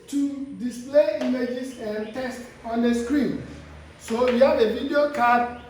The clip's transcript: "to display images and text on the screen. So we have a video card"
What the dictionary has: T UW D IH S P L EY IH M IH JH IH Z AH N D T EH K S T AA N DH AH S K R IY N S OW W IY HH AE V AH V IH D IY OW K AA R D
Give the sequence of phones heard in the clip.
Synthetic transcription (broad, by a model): T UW D IH S P L EY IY M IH JH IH S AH N T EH S T AA N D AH S K R IY N S OW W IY HH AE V AH V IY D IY OW K AA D